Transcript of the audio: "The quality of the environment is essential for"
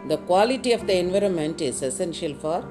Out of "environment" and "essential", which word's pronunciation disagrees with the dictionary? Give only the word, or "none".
none